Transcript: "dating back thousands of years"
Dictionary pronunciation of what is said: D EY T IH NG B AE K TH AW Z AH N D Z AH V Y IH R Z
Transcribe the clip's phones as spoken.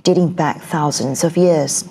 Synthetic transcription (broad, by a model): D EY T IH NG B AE K TH AW Z AH N D Z AH V Y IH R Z